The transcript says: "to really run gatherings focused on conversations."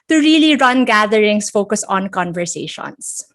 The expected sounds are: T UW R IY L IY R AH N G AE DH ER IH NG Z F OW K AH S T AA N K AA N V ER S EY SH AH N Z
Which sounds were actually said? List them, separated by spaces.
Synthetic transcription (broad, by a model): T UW R IY L IY R AH N G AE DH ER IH NG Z F OW K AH S AA N K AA N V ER S EY SH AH N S